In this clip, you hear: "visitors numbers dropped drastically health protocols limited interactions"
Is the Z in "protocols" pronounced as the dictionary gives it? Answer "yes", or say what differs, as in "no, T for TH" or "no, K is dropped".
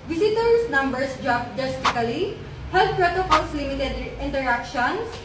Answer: no, S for Z